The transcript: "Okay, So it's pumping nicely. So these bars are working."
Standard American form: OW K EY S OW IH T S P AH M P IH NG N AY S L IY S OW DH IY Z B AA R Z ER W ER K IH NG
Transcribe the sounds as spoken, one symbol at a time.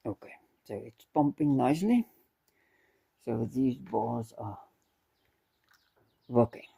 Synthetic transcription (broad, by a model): OW K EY S OW IH T S P AH M P IH NG N AY S L IY S OW DH IY Z B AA Z ER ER K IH NG